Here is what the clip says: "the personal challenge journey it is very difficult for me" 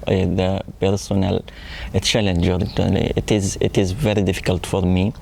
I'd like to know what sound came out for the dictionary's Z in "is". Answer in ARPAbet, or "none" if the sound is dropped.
Z